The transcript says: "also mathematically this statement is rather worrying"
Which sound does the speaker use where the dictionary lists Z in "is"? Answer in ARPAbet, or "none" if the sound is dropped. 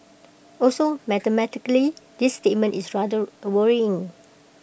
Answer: S